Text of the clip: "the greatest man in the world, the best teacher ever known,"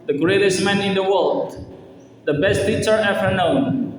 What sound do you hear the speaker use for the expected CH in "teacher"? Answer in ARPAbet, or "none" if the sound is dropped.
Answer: S